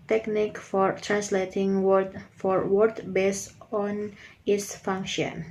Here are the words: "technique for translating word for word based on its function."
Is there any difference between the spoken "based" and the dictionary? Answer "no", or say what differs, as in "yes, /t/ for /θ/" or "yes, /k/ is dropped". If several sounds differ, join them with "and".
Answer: yes, /t/ is dropped